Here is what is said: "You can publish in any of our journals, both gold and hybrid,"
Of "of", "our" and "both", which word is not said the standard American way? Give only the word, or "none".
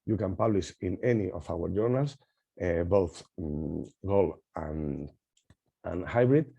of